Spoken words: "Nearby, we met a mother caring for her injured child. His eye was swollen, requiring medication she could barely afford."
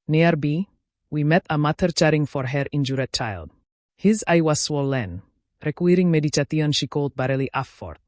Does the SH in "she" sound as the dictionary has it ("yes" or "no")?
yes